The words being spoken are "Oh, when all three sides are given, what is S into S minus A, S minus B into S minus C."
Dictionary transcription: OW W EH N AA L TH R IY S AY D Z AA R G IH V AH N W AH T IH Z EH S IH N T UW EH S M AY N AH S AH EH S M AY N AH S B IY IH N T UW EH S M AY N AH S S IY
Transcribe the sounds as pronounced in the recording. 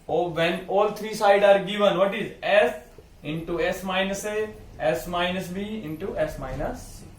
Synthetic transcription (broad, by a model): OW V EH N AA L T R IY S AY D AA R G IH V AH N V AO T IH Z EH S IH N T UW EH S M AY N AH S AH EH S M AY N AH S B IY IH N T UW EH S M AY N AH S S